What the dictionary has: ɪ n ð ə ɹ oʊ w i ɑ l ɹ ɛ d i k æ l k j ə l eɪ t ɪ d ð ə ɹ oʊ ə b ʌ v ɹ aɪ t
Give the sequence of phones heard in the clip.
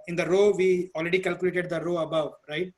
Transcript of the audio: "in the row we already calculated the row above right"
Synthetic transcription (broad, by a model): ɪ n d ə ɹ oʊ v i ɑ l ɹ ɛ d i k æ l k j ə l eɪ t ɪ d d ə ɹ oʊ ə b ʌ v ɹ aɪ t